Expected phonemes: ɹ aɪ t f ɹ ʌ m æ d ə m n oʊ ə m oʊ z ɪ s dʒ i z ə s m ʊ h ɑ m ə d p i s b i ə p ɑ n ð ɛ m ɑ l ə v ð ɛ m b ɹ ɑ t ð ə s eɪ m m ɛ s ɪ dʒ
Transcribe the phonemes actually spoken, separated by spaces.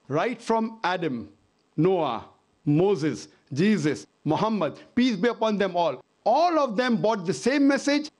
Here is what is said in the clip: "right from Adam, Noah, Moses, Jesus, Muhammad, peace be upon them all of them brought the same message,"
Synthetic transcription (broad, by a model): ɹ aɪ t f ɹ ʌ m æ d ə m n oʊ ə m oʊ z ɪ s dʒ i z ə s m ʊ h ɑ m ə d p i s b i ə p ɑ n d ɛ m ɑ l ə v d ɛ m b ɑ t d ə s eɪ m m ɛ s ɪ dʒ